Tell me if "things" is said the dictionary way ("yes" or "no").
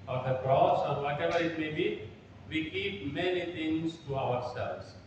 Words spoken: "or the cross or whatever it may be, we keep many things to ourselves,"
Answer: no